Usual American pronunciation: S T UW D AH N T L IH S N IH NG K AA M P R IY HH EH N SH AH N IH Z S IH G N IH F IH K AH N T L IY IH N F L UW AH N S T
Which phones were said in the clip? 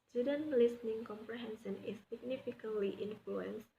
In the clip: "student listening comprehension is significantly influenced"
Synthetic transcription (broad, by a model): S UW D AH N L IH S N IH NG K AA M P R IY HH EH N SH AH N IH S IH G N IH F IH K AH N T IY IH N F L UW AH N S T